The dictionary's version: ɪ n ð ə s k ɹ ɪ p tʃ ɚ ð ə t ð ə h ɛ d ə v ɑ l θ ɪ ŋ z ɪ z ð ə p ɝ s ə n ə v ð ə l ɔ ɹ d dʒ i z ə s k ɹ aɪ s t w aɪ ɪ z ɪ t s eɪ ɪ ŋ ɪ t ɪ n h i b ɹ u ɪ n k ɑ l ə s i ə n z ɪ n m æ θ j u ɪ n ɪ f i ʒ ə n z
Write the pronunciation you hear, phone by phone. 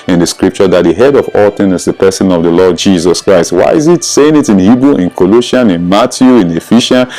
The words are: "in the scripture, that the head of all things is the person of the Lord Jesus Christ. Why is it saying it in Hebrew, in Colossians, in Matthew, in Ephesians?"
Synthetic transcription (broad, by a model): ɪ n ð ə s k ɹ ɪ p tʃ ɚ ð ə t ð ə h ɛ d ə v ɑ l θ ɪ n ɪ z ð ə p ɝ s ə n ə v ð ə l ɔ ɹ d dʒ i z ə s k ɹ aɪ s t w aɪ ɪ z ɪ t s eɪ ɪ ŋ ɪ t ɪ n h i b ɹ u ɪ n k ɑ l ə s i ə n ɪ n m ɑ t j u ɪ n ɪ f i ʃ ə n